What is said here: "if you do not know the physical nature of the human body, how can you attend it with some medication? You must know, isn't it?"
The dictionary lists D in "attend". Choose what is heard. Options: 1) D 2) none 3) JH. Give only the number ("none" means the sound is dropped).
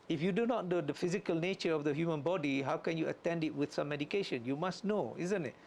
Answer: 1